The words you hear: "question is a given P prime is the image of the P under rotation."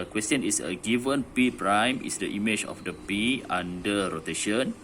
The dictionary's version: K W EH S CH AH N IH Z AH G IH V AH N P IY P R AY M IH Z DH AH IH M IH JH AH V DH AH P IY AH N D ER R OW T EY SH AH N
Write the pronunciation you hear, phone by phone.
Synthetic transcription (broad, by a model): K W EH S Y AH N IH S AH G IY V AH N P IY P R AY M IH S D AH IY M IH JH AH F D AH P IY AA N D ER R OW T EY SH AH N